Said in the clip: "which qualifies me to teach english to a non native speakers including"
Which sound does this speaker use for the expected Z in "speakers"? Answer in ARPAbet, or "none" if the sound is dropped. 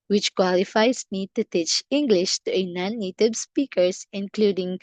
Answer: S